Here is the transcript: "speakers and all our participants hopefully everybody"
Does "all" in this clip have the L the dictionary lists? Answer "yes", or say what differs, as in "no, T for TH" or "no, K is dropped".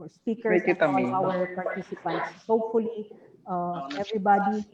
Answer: no, N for L